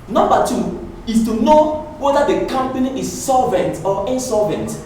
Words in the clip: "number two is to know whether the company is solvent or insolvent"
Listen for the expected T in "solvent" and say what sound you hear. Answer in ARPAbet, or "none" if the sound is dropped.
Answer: T